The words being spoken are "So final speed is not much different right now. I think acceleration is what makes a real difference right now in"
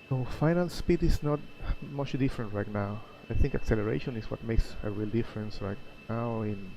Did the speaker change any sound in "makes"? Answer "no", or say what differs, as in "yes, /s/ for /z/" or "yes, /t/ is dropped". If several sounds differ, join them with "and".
no